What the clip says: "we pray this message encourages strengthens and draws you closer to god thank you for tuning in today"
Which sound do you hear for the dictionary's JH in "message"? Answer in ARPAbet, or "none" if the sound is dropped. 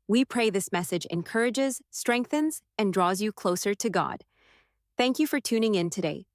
JH